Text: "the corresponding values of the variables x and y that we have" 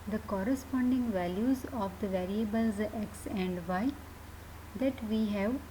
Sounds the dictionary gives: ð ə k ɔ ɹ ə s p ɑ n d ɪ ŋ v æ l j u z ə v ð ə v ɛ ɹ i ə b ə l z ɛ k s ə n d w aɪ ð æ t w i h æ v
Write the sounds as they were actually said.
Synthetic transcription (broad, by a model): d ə k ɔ ɹ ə s p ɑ n d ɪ ŋ v æ l j u z ə v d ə v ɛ ɹ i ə b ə l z ɛ k s ə n d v aɪ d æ t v i h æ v